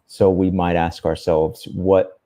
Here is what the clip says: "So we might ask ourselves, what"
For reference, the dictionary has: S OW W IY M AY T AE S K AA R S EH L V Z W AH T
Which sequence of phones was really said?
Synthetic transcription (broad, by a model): S OW W IY M AY T AE S K AA R S EH L V Z W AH T